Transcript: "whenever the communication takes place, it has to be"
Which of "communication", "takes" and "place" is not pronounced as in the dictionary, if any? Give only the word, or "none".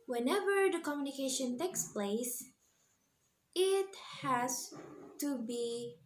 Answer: none